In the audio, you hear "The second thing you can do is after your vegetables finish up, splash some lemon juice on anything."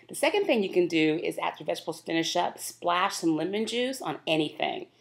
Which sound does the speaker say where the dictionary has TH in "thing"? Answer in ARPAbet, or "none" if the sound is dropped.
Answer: TH